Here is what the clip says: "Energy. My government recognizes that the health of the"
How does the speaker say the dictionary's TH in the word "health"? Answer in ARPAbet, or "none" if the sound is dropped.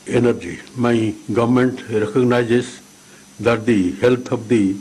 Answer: T